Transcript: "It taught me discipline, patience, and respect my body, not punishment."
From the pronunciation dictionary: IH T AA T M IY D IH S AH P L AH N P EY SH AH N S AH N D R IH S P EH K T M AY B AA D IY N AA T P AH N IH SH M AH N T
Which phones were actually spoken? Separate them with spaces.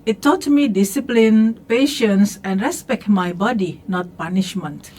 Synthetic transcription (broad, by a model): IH T AA T M IY D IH S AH P L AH N P EY SH AH N S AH N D R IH S P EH K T M AY B AA D IY N AA T P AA N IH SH M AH N T